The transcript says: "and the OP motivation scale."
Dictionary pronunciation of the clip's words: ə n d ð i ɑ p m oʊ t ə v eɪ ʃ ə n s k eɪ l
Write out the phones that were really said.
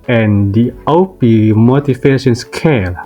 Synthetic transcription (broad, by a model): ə n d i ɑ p m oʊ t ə f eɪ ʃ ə n s k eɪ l